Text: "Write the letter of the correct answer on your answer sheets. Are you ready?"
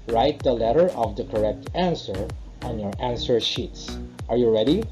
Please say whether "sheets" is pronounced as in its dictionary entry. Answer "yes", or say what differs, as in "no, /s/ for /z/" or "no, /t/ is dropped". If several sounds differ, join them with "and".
yes